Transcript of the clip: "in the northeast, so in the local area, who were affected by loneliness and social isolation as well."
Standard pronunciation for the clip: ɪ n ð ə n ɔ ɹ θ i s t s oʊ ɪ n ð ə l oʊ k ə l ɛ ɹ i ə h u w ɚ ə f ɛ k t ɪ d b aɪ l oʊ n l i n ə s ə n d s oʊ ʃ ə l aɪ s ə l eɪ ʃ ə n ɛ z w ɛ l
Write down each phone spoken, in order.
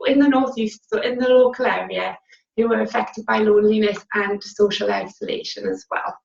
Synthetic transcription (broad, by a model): ɪ n ð ə n ɔ ɹ θ i s t s oʊ ɪ n ð ə l oʊ k ə l ɛ ɹ i ə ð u w ɚ ə f ɛ k t ɪ d b aɪ l oʊ n l i n ə s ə n s oʊ ʃ ə l aɪ s ə l eɪ ʃ ə n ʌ z w ɛ l